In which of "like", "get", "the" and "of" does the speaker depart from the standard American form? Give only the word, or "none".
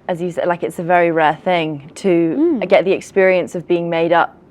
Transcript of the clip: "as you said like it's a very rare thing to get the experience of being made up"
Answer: none